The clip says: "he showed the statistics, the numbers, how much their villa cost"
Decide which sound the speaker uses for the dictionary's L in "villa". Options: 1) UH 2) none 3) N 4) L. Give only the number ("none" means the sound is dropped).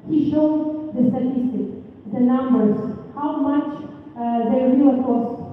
2